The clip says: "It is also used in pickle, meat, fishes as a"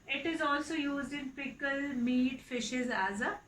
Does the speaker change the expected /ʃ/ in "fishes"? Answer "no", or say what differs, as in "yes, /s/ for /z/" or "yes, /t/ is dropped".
no